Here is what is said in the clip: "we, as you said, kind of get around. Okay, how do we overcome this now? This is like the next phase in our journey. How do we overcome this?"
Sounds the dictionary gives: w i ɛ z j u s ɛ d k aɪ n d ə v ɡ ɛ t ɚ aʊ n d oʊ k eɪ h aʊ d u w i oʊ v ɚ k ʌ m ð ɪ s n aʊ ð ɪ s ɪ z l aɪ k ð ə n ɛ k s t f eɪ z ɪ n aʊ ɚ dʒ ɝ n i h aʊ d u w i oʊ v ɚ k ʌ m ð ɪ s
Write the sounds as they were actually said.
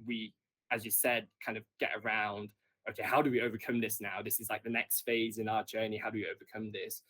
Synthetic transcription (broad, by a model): w i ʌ z j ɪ s ɛ d k aɪ n d ə v ɡ ɛ t ɚ aʊ n d oʊ k eɪ h aʊ d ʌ w i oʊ v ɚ k ʌ m ð ɪ s n aʊ ð ɪ s ɪ z l aɪ k ð ə n ɛ k s t f eɪ z ɪ n aʊ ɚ dʒ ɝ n i h aʊ d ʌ w i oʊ v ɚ k ʌ m ð ɪ s